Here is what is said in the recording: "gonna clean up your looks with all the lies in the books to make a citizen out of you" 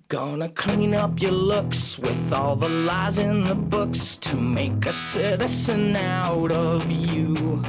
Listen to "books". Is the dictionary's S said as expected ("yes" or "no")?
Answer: yes